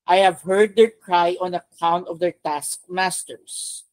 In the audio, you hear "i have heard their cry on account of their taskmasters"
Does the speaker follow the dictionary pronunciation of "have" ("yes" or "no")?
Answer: yes